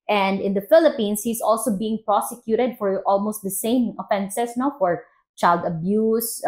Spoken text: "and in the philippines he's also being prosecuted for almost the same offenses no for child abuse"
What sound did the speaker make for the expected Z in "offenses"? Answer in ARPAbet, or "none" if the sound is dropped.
S